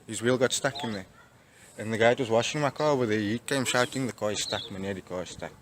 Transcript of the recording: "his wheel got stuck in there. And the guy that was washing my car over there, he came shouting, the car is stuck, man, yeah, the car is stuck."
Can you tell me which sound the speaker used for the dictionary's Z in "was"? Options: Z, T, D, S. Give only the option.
Z